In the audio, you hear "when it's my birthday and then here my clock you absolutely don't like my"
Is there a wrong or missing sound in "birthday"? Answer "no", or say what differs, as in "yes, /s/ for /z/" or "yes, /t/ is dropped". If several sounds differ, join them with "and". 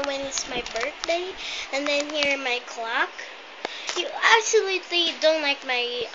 no